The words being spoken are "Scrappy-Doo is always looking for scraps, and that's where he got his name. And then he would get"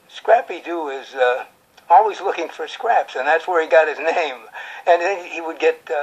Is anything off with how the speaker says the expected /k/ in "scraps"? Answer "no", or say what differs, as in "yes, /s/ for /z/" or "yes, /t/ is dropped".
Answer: no